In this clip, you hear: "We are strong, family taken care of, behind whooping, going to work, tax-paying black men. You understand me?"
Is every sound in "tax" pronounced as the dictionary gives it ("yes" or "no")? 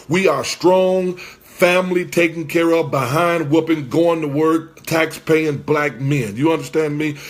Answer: yes